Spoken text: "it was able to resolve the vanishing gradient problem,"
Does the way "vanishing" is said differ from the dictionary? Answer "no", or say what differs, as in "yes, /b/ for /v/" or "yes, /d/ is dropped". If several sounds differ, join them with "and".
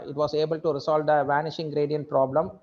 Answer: no